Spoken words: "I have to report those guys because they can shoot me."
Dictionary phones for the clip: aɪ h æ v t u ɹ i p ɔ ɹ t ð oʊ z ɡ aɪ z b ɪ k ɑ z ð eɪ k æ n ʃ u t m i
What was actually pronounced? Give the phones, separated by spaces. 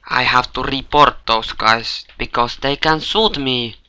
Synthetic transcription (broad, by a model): aɪ h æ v t u ɹ i p ɔ ɹ t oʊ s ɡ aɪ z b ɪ k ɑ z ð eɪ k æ n s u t m i